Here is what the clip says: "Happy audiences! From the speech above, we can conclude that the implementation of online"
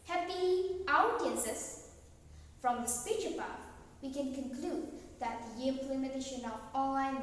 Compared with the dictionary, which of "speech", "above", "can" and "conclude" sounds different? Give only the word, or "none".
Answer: above